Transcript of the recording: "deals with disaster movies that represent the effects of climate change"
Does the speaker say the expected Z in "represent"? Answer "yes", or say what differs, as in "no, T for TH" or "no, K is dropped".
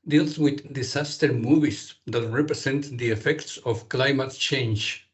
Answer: no, S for Z